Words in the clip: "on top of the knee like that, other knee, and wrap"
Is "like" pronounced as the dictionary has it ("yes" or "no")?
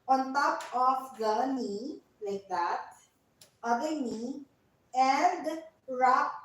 yes